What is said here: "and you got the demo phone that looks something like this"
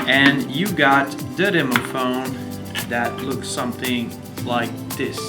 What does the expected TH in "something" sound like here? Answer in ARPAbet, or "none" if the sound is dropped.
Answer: TH